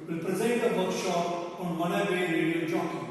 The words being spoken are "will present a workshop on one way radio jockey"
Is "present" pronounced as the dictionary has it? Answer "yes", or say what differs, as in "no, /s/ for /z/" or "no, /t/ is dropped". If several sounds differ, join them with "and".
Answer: no, /n/ is dropped